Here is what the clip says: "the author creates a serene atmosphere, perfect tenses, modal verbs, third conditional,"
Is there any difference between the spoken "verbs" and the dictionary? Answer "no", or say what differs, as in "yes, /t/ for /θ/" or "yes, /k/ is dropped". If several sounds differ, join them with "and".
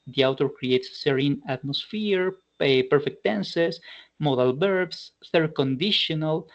yes, /b/ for /v/ and /s/ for /z/